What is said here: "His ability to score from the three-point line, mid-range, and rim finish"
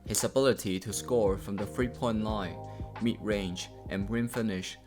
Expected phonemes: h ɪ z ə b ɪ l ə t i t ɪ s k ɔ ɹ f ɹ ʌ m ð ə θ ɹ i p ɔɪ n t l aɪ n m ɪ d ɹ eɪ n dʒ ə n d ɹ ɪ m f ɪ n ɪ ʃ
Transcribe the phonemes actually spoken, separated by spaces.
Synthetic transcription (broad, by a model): h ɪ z ə b ɪ l ə t i t ɪ s k ɔ ɹ f ɹ ʌ m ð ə f ɹ i p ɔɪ n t l aɪ n m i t ɹ eɪ n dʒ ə n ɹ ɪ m f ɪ n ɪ ʃ